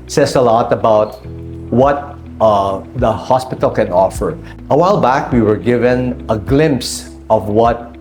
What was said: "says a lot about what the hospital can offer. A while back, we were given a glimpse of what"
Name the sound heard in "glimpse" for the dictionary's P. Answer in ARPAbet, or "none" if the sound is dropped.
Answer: P